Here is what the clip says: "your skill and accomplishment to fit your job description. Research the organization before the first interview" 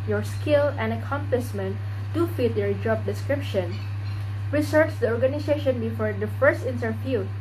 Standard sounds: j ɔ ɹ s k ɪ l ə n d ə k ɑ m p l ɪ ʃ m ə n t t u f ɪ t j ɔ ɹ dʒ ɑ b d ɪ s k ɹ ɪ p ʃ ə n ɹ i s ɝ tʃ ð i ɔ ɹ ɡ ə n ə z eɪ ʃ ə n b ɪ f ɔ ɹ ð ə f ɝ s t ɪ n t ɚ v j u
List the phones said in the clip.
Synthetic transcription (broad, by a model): j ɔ ɹ s k ɪ l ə n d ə k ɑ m p l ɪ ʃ m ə n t t u f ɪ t j ɔ ɹ dʒ ɑ b d ɪ s k ɹ ɪ p ʃ ə n ɹ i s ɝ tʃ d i ɔ ɹ ɡ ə n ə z eɪ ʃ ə n b ɪ f ɔ ɹ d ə f ɝ s t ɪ n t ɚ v j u